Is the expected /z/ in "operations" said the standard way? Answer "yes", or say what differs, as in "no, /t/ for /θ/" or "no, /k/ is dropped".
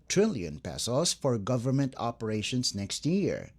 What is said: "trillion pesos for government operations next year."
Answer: no, /s/ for /z/